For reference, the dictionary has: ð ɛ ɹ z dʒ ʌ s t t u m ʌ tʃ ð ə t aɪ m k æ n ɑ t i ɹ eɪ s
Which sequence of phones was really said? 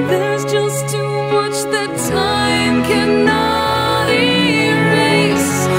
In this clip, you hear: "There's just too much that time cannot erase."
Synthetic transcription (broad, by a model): ð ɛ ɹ z dʒ ʌ s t t u m ʌ tʃ ð ə t aɪ m k æ n ɑ t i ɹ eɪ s